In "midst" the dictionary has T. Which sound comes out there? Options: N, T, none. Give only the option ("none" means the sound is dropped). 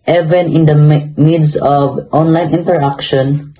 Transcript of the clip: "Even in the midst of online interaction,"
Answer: none